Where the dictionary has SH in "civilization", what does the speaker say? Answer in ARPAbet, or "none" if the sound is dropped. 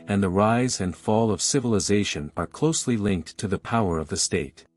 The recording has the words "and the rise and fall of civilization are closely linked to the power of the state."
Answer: SH